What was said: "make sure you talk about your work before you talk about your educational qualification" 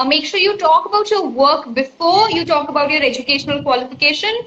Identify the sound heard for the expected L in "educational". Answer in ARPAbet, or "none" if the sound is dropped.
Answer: L